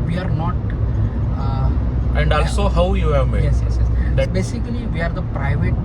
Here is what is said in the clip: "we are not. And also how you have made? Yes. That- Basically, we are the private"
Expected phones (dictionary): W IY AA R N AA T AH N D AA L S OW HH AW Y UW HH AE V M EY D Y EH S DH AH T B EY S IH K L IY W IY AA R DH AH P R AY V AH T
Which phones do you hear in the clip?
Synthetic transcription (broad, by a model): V IY AA R N AA T AH N D AA L S OW HH AW Y UW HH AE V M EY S Y EH S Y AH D B EY S IH K L IY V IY AA R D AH P R AY V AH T